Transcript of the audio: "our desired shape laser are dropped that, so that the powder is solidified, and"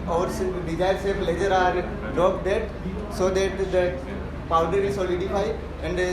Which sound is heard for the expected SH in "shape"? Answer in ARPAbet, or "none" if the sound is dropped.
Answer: S